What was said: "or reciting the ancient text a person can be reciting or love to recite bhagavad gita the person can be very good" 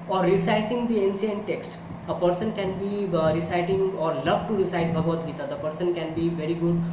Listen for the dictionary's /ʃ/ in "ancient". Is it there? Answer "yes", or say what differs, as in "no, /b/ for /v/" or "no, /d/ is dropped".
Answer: no, /s/ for /ʃ/